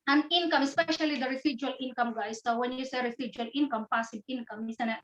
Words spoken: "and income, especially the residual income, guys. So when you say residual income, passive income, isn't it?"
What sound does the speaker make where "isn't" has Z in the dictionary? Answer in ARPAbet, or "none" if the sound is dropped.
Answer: S